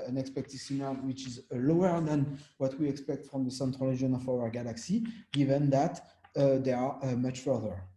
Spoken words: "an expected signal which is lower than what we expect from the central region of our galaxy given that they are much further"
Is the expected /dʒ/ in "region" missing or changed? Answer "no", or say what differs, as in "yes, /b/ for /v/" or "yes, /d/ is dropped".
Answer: yes, /dʒ/ is dropped